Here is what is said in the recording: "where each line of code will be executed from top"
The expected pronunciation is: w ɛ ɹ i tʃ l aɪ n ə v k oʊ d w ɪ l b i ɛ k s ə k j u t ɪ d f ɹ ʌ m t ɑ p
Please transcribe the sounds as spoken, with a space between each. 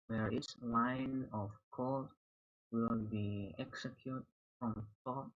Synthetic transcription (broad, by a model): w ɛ ɹ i s l aɪ n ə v k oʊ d w ɪ l b i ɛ k s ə k j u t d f ɹ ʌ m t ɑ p